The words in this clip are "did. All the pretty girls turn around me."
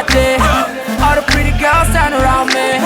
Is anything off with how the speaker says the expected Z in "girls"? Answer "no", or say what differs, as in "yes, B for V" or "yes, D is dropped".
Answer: yes, S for Z